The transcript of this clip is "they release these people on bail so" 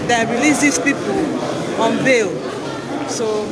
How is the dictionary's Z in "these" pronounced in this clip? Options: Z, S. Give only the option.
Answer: S